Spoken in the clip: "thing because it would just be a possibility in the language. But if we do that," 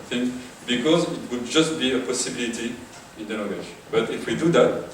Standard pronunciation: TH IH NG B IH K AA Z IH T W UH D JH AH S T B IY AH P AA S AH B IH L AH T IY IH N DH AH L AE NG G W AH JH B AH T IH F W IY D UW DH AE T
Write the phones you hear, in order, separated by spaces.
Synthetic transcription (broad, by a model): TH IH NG B IH K AA Z IH T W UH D JH AH S T B IY AH P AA S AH B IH L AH T IY IH N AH N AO G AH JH B AH T IH F W IY D UW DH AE T